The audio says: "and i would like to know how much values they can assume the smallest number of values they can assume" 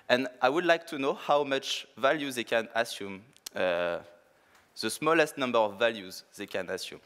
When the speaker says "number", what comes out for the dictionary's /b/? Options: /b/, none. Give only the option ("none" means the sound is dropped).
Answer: /b/